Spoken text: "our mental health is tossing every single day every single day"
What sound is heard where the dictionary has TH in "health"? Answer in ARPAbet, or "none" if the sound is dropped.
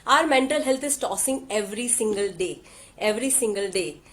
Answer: T